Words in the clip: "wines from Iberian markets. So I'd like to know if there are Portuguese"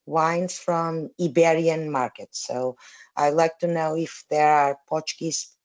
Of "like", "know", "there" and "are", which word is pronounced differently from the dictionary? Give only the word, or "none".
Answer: none